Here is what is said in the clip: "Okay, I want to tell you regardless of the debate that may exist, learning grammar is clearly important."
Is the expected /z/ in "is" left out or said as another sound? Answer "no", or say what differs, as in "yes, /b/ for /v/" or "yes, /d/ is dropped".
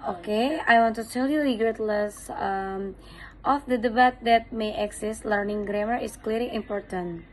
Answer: yes, /s/ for /z/